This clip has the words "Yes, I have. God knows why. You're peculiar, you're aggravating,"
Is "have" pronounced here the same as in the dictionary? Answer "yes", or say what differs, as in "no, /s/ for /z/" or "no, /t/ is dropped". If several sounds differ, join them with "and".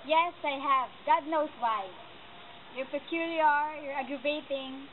yes